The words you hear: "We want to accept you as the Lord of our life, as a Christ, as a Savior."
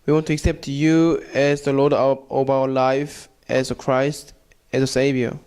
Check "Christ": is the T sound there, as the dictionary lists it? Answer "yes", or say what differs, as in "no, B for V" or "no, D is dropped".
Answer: yes